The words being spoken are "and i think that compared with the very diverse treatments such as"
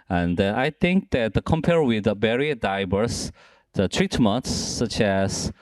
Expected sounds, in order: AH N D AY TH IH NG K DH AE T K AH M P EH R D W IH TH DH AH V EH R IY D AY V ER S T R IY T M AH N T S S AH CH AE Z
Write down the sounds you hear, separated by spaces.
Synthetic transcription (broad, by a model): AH N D AY TH IH NG K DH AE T K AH M P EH R W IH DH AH B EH R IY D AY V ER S T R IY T M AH N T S S AH CH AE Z